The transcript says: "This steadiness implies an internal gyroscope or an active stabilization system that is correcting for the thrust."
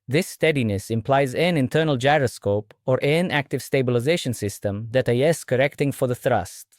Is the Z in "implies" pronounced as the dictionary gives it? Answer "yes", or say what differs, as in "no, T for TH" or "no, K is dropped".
yes